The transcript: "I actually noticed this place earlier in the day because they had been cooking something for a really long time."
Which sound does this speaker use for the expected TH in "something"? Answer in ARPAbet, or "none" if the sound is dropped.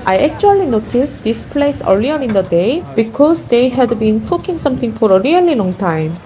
T